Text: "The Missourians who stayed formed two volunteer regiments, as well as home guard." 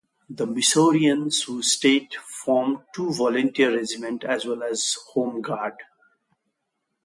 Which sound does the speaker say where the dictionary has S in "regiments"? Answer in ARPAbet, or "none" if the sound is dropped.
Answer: none